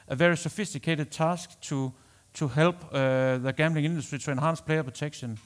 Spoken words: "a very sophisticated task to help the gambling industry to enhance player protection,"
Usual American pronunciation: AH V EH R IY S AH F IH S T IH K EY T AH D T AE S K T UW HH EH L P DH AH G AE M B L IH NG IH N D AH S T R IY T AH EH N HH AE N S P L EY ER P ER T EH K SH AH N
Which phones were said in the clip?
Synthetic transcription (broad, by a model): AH V EH R IY S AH F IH S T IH K EY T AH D S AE S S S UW HH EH L B DH AH G AE M B L IH NG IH N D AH S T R IY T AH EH N HH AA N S P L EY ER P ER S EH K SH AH N